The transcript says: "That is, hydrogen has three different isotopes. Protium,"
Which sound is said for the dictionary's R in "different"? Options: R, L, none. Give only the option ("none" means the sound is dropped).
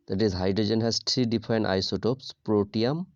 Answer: none